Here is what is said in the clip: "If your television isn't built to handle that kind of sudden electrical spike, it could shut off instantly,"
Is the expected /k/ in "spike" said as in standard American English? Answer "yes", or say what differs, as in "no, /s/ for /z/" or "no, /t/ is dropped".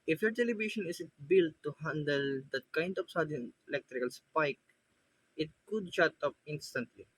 yes